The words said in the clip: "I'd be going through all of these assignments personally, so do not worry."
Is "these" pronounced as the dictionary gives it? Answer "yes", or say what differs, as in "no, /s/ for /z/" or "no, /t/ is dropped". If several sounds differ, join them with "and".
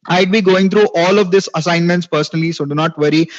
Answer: no, /s/ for /z/